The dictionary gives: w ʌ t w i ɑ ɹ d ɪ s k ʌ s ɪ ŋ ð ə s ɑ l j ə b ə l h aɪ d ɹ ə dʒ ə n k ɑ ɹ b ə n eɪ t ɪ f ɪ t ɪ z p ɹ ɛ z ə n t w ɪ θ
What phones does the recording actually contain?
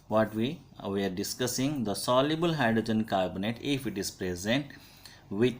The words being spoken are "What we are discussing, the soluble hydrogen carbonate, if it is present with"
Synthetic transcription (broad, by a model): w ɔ t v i ɑ ɹ d ɪ s k ʌ s ɪ ŋ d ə s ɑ l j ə b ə l h aɪ d ɹ ə dʒ ə n k ɑ ɹ b ə n eɪ t ɪ f ɪ t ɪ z p ɹ ɛ z ə n t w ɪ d